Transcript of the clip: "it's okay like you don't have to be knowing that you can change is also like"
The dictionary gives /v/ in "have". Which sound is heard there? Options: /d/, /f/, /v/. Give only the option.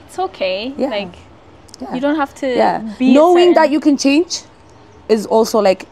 /f/